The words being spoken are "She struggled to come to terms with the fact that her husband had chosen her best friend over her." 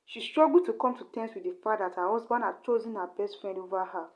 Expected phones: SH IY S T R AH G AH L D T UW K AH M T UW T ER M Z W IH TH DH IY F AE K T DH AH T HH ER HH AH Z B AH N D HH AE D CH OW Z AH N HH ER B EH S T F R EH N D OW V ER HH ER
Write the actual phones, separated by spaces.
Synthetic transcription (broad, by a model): SH IY S T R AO G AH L T UW K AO M T UW T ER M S W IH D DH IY F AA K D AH T HH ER HH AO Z B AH N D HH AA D CH OW Z AH N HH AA B EH S T F R EH N D OW V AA HH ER